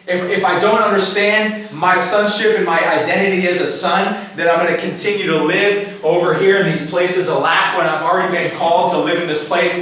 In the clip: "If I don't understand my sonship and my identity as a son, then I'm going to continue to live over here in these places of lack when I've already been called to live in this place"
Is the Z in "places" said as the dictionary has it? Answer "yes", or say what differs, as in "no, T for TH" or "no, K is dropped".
yes